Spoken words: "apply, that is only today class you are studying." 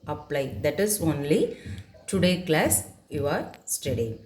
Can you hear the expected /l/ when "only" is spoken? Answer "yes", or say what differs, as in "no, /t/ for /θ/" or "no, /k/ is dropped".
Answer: yes